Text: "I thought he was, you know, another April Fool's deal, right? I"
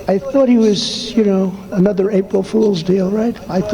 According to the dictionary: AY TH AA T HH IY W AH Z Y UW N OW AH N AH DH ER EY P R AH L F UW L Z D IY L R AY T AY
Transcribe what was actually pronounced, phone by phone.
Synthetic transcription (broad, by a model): AY TH AA T HH IY W AH Z Y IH N OW AH N AH DH ER EY P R L F UW L Z D IY L R AY T AY